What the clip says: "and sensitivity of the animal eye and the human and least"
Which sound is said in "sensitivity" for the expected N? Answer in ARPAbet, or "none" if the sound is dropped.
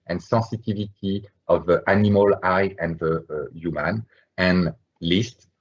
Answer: none